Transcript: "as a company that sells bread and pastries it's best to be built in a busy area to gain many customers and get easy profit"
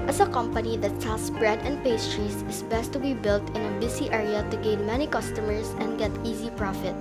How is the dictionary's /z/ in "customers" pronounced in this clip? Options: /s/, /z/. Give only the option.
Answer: /s/